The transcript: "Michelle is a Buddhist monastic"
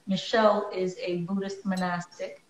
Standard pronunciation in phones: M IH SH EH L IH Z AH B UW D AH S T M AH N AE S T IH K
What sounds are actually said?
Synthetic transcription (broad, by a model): M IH SH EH L IH Z AH B UW D AH S T M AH N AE S T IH K